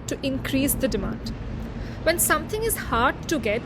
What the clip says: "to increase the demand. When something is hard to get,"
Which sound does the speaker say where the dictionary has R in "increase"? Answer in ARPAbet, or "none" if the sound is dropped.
R